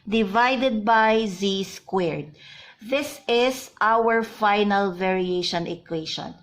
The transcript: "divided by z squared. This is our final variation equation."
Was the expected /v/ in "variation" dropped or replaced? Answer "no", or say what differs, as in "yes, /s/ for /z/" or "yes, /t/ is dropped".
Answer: no